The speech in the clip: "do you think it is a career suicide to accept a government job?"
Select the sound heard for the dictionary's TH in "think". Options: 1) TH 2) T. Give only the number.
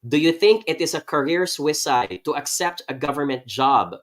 1